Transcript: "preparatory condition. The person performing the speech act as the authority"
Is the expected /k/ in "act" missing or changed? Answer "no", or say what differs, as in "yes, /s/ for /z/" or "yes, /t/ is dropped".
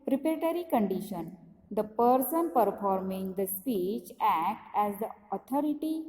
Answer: no